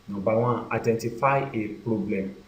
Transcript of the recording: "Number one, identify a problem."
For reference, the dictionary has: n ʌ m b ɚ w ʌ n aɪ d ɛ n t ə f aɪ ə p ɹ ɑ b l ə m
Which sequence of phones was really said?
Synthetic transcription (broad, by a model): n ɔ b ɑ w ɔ aɪ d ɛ n t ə f aɪ ə p ɹ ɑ b l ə m